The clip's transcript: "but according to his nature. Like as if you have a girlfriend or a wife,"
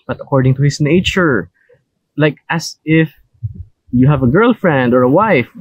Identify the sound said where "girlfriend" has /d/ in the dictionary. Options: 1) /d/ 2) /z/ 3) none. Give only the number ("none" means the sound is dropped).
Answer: 1